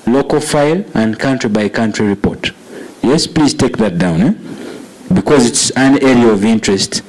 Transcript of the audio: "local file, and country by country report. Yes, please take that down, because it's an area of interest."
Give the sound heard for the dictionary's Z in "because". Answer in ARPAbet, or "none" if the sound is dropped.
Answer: Z